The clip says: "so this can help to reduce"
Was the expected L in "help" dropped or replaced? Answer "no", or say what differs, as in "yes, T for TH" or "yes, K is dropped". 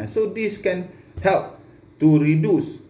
no